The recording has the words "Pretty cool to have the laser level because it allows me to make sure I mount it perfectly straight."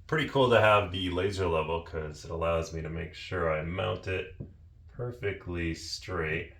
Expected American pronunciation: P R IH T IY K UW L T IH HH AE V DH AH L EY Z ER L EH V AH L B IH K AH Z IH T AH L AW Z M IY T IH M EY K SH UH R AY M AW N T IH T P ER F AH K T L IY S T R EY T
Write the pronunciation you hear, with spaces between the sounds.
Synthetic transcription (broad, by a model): P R IH T IY K UW L T IH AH V DH AH L EY Z ER L EH V L K AH Z IH T AH L AW Z M IY T IH M EY K SH UH R AY M AW N T IH T P ER F AH K T L IY S T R EY T